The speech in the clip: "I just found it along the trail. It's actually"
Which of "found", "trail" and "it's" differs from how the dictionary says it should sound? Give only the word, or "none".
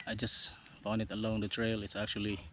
found